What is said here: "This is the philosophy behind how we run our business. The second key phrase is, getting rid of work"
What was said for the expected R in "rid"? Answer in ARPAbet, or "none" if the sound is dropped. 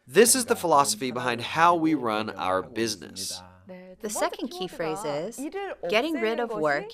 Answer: R